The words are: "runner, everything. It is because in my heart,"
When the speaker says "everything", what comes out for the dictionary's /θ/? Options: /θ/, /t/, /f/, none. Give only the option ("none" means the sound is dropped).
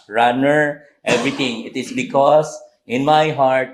/t/